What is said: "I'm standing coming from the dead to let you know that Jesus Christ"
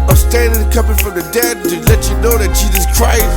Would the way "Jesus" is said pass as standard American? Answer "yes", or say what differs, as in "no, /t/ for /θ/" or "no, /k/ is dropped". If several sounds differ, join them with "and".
yes